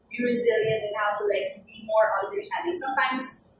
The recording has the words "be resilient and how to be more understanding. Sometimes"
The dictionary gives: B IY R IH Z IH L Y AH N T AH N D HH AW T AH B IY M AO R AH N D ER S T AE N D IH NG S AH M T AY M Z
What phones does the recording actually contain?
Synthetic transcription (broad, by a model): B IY R IH Z IH L Y AH N T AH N HH AW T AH B IY M AO R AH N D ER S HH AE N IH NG S AH M T AY M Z